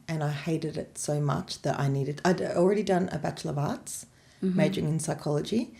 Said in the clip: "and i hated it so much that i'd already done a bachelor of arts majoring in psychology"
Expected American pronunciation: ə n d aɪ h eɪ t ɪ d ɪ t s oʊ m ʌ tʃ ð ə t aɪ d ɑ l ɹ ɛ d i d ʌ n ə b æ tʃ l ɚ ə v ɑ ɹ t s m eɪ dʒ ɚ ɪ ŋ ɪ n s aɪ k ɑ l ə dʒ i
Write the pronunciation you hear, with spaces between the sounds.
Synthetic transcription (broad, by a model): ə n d aɪ h eɪ t ɪ d ɪ t s oʊ m ʌ tʃ ð ə t aɪ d ɑ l ɹ ɛ d i d ʌ n ə b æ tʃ l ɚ ə v ɑ ɹ t s m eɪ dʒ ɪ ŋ ɪ n s aɪ k ɑ l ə dʒ i